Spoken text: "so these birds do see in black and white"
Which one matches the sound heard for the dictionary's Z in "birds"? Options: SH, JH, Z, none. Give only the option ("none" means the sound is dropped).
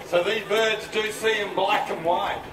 Z